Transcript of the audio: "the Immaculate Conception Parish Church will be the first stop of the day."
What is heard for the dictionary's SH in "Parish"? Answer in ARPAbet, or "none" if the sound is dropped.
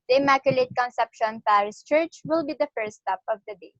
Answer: S